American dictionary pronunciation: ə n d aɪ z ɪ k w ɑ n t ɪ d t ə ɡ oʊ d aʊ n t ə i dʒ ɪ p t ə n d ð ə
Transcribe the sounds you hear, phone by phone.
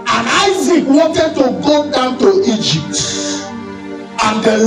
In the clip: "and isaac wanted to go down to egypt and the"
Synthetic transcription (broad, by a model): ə n aɪ z ɪ k w ɑ n t ɪ d t ə ɡ oʊ d aʊ n t ə i dʒ ɪ p t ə n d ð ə